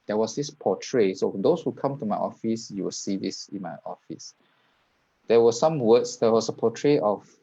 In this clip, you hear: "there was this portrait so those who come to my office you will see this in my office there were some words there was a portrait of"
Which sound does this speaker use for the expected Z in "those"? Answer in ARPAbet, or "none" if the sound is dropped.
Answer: S